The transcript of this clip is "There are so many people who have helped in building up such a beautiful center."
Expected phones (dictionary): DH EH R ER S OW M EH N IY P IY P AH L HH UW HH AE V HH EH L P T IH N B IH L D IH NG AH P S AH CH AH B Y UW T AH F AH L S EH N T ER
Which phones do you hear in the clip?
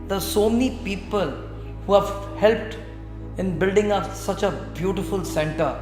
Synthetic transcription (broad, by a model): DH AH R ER S OW M EH N IY P IY P AH L HH UW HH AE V HH EH L P T IH N B IH L D IH NG AH P S AH CH AH B Y UW T AH F AH L S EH N T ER